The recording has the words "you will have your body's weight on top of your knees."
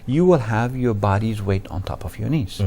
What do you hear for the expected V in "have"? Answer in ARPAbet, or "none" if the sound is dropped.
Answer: V